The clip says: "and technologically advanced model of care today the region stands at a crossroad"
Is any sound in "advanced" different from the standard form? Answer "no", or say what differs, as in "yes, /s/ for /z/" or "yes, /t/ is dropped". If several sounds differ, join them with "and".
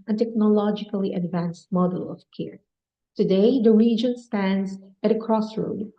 no